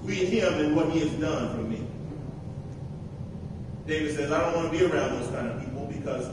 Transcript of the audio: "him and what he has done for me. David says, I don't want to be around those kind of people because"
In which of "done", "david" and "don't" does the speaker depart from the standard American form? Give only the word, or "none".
none